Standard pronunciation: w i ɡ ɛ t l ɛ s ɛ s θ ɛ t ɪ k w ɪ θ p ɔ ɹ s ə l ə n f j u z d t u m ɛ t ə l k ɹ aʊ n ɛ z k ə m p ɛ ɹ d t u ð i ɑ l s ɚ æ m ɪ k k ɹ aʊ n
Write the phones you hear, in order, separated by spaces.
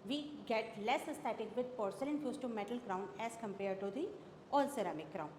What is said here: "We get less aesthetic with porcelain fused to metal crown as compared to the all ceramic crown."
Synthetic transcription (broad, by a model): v i ɡ ɛ t l ɛ s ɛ s t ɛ t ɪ k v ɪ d p ɔ ɹ s ə l ə n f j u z t u m ɛ t ə l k ɹ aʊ n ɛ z k ə m p ɛ ɹ d t u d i ɑ l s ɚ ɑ m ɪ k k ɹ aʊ n